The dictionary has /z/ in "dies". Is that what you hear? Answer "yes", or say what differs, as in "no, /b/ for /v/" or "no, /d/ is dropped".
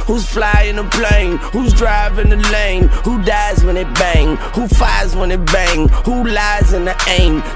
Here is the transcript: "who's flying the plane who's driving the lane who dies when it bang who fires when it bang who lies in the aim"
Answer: yes